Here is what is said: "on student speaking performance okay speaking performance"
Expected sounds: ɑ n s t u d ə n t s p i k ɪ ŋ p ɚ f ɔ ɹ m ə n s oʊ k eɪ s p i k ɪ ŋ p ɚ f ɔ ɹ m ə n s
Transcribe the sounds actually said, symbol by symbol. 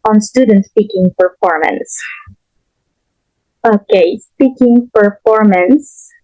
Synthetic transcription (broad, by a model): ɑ n s t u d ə n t s p i k ɪ ŋ p ɚ f ɔ ɹ m ə n s oʊ k eɪ s p i k ɪ ŋ p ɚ f ɔ ɹ m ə n s